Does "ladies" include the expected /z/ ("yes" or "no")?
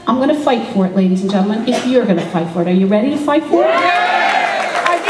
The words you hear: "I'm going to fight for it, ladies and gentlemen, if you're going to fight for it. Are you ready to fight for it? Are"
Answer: yes